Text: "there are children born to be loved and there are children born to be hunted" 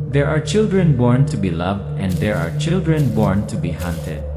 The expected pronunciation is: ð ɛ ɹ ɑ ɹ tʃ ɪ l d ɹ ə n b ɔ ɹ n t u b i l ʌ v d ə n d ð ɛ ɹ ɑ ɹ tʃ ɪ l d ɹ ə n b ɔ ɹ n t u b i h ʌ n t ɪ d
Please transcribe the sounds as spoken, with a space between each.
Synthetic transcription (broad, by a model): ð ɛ ɹ ɑ ɹ tʃ ɪ l d ɹ ə n b ɔ ɹ n t u b i l ʌ v d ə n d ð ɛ ɹ ɑ ɹ tʃ ɪ l d ɹ ə n b ɔ ɹ n t u b i h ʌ n t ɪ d